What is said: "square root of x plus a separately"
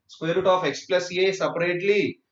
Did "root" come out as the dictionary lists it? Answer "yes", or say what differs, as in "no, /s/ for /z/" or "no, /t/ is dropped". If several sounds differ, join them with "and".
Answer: yes